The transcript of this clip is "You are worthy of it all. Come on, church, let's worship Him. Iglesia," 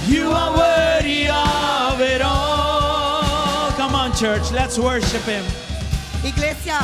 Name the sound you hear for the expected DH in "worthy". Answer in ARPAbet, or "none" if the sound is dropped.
none